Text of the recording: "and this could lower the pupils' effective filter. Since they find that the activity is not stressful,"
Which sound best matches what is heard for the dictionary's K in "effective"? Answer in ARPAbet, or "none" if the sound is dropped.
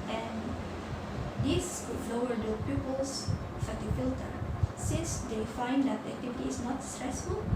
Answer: none